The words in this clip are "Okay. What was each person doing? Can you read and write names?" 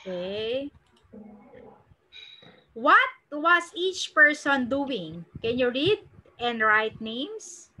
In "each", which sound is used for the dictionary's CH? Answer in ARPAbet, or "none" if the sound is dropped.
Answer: CH